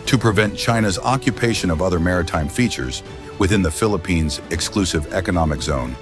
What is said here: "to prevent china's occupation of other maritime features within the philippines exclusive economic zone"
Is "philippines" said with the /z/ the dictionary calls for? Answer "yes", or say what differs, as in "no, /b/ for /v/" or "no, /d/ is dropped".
yes